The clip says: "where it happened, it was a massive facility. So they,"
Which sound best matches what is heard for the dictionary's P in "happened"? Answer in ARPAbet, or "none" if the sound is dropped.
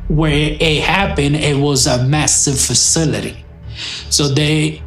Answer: B